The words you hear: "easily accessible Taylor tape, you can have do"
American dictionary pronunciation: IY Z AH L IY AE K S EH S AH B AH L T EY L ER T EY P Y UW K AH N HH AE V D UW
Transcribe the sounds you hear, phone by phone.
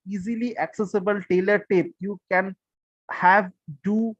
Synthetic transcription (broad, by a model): IY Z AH L IY AE K S EH S AH B AH L T EY L ER T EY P Y UW K AH N HH AE V D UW